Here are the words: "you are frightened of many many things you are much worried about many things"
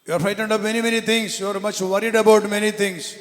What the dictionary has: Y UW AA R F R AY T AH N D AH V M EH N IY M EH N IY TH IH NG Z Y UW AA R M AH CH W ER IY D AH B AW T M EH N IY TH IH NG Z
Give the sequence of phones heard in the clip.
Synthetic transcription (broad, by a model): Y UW AA R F AY T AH N D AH P M EH N IY M EH N IY T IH NG S Y UW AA R M AH CH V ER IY D AH B AW T M EH N IY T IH NG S